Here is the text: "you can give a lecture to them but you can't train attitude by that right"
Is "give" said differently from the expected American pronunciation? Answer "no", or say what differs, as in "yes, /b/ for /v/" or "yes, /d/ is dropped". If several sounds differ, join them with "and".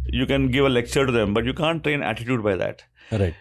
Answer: no